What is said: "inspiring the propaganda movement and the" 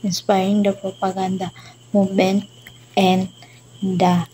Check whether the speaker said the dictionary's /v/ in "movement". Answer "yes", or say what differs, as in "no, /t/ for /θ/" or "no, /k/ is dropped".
no, /v/ is dropped